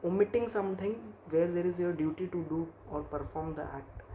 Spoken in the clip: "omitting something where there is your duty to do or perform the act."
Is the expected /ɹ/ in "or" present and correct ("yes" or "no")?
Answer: yes